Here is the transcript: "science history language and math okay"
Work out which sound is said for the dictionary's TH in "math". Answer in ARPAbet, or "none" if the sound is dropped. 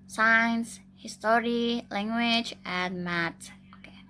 T